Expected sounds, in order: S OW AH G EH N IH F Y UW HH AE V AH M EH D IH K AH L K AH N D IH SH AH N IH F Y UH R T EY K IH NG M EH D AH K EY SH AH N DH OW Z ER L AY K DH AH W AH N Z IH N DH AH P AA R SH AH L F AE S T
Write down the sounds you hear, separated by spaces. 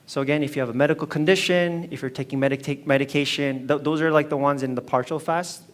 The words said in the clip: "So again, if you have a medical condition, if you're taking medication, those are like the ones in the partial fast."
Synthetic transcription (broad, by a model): S OW AH G EH N IH F Y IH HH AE V AH M EH D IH K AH L K AH N D IH SH AH N IH F Y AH R T EY K IH NG M EH D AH K EY SH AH N DH OW Z ER L AY K DH AH W AH N Z IH N DH AH P AA R SH L F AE S T